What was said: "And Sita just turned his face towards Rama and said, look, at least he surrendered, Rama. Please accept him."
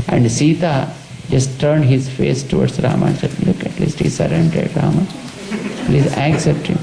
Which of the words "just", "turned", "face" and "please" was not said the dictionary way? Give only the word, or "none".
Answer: none